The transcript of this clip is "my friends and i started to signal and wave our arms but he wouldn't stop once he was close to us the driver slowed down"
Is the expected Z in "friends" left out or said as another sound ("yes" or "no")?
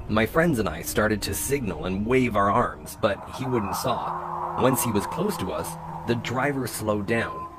no